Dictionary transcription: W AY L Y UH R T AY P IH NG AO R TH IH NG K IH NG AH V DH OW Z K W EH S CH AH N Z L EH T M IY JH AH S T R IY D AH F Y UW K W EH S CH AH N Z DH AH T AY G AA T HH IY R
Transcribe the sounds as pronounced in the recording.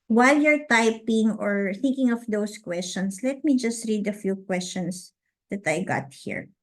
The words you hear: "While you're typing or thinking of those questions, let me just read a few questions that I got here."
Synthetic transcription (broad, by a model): W AY L Y UH R T AY P IH NG AO R TH IH NG K IH NG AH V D OW S K W EH S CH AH N S L EH T M IY JH AH S T R IY D AH F Y UW K W EH S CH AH N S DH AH T AY G AA T HH IY R